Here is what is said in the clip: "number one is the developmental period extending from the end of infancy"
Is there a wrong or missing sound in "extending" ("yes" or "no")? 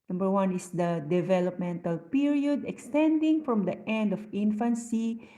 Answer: no